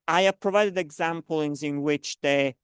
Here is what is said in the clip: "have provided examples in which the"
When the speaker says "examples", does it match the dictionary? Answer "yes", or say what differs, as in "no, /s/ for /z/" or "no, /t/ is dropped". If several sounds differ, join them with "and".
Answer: no, /n/ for /l/